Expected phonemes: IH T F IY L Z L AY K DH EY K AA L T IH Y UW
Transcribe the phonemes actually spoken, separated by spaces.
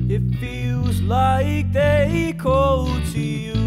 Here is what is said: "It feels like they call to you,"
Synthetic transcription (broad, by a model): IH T F IY L Z L AY K DH EY K AA L T IH Y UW